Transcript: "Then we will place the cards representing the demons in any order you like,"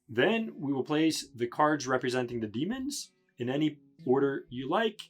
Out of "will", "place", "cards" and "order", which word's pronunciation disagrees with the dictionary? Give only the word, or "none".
none